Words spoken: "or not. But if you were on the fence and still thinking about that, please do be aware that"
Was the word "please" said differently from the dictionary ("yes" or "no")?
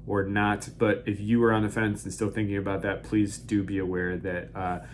no